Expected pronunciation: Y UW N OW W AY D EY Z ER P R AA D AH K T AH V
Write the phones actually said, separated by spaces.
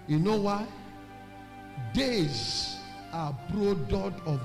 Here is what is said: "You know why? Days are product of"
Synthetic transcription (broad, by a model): Y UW N OW W AY D EY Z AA B R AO D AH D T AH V